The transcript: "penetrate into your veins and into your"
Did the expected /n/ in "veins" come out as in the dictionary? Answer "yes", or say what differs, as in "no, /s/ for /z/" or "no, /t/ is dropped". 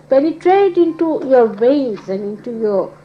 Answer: no, /n/ is dropped